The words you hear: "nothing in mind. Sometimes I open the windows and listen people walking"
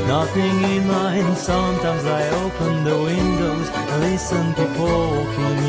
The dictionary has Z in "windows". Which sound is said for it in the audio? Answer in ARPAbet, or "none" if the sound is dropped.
none